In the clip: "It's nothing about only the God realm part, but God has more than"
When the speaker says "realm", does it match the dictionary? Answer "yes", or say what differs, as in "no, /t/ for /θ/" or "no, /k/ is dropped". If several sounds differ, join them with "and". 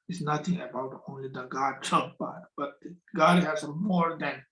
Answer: no, /l/ is dropped